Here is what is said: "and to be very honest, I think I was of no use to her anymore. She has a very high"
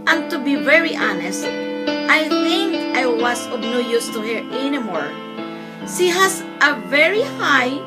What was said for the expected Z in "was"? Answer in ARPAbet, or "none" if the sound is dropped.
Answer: S